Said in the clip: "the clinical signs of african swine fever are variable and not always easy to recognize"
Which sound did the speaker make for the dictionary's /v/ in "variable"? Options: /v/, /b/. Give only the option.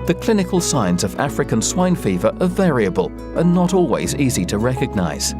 /v/